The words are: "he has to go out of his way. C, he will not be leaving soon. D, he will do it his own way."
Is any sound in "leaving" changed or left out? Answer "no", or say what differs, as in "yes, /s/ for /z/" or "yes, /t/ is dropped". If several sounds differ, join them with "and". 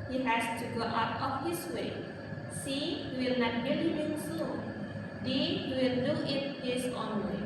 yes, /b/ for /v/